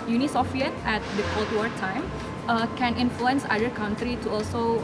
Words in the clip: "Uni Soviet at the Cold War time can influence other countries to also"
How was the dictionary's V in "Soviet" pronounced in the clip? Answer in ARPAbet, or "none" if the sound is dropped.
F